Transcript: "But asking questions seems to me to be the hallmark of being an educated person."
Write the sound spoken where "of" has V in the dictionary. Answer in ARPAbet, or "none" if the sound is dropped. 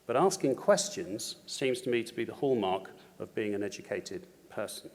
V